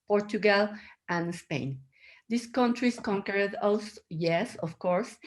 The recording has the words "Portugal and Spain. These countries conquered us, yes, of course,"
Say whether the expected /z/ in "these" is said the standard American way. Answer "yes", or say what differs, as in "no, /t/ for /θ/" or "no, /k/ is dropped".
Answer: no, /s/ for /z/